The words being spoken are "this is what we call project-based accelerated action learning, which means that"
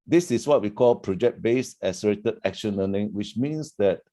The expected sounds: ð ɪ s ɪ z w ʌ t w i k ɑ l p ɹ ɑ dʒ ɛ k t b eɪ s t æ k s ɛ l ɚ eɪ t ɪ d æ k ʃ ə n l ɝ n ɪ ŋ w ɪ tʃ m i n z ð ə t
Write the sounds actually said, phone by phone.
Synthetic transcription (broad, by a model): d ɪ s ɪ s w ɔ t w i k ɑ l p ɹ ɑ dʒ ɛ k t b eɪ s æ s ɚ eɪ t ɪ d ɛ k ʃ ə n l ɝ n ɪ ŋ w ɪ tʃ m i n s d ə t